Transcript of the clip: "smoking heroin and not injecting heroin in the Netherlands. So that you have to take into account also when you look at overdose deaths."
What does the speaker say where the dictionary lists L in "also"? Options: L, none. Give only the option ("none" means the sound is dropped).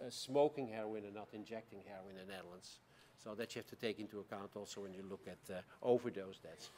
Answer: L